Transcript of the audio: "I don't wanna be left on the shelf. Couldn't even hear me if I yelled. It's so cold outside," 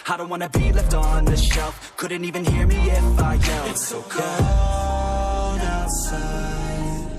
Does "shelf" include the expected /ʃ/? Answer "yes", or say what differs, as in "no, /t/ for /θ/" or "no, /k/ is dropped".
yes